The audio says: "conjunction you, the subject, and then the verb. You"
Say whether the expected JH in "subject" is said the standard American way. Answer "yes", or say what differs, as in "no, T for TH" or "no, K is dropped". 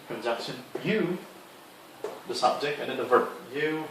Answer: yes